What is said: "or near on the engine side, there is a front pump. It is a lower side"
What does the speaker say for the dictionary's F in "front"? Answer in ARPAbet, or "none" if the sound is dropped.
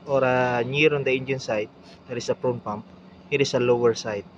P